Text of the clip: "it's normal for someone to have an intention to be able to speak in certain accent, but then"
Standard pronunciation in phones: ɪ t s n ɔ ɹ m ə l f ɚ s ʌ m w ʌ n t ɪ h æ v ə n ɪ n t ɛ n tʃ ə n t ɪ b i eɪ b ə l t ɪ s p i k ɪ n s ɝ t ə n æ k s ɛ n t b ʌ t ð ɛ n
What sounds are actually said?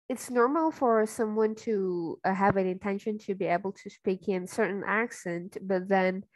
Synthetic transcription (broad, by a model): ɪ t s n ɔ ɹ m l f ɚ s ʌ m w ʌ n t ɪ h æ v ə n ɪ n t ɛ n ʃ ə n t ɪ b i eɪ b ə l t ɪ s p i k ɪ n s ɝ t n æ k s ɛ n t b ʌ t ð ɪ n